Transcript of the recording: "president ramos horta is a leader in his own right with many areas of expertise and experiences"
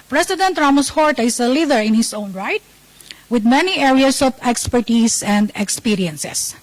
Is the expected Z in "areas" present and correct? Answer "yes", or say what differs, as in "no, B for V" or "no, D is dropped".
no, S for Z